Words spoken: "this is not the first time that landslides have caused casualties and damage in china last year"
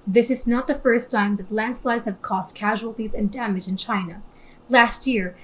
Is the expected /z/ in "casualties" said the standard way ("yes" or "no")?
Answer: yes